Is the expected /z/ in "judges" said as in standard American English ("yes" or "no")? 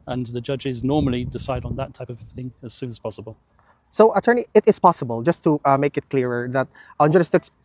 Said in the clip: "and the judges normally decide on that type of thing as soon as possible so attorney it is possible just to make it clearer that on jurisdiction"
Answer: yes